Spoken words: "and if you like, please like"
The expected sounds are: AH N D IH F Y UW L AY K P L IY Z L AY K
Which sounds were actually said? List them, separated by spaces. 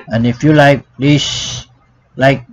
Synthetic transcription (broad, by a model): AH N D IH F Y UW L AY K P L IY S L AY K